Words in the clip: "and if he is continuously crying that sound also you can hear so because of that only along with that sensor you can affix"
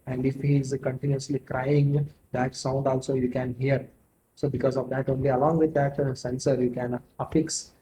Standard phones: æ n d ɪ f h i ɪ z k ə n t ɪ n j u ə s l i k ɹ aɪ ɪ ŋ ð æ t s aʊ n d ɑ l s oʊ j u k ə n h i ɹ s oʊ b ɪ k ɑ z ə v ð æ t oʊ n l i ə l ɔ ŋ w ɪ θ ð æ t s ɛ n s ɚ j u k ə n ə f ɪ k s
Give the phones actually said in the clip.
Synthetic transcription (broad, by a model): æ n d ɪ f h i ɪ z k ə n t ɪ n j u ə s l i k ɹ aɪ ɪ ŋ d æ t s aʊ n d ɑ l s oʊ j u k ə n h i ɹ s oʊ b ɪ k ɑ z ə v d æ t oʊ n l i ə l ɔ ŋ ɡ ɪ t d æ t s ɛ n s ɚ j u k ə n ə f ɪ k s